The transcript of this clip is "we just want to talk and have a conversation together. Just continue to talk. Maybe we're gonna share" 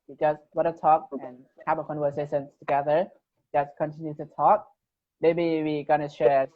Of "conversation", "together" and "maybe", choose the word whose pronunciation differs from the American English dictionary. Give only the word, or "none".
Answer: conversation